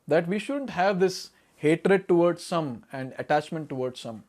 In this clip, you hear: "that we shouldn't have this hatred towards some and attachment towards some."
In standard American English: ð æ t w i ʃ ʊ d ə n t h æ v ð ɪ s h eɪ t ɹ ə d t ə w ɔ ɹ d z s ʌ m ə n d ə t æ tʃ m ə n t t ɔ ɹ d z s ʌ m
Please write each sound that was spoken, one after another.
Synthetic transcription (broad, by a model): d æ t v i ʃ ʊ d ə n t h æ v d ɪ s h eɪ t ɹ ə d t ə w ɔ ɹ d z s ʌ m ə n d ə t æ tʃ m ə n t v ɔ ɹ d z s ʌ m